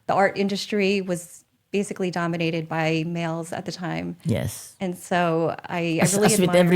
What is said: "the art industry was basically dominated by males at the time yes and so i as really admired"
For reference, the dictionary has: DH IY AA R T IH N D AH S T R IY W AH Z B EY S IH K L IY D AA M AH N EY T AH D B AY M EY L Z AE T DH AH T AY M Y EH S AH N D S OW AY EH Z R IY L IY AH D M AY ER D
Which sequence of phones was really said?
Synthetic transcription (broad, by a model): DH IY AA R T IH N D AH S T R IY W AH Z B EY S IH K L IY D AA M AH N EY T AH D B AY M EY L Z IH T DH AH T AY M Y EH S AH N S OW AY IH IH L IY W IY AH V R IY